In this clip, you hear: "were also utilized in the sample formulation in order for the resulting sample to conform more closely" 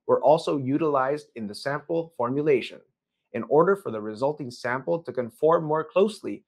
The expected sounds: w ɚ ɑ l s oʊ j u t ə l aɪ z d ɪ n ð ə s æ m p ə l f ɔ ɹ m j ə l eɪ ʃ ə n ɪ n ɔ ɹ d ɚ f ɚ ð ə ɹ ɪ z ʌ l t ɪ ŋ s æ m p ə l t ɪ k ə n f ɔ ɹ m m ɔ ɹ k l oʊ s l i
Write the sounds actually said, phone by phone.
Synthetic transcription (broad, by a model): w ɚ ɑ l s oʊ j u t ə l aɪ z d ɪ n ð ə s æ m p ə l f ɔ ɹ m j ə l eɪ ʃ ə n ɪ n ɔ ɹ d ɚ f ɚ ð ə ɹ ɪ z ʌ l t ɪ ŋ s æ m p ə l t ɪ k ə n f ɔ ɹ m m ɔ ɹ k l oʊ s l i